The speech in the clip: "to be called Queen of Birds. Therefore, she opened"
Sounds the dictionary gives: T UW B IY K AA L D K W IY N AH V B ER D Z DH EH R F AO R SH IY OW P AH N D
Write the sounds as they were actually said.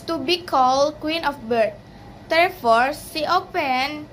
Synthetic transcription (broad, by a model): T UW B IY K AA L K W IY N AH F B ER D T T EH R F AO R S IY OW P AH N